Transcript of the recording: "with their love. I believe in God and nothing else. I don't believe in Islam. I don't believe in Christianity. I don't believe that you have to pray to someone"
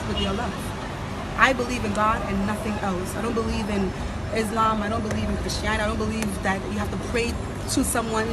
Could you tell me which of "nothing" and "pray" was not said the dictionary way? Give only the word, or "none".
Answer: none